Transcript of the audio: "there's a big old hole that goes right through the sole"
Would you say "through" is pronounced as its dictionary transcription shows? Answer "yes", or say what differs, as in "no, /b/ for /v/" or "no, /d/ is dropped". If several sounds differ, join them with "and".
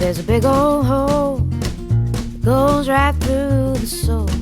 yes